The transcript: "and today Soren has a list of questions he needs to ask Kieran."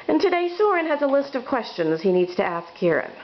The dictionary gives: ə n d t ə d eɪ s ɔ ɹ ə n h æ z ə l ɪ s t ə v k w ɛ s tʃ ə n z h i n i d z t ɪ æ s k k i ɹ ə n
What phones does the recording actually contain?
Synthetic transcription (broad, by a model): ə n t ə d eɪ s ɔ ɹ ə n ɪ z ə l ɪ s t ə v k w ɛ s tʃ ə n z h i n i d z t ɪ æ s k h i ɹ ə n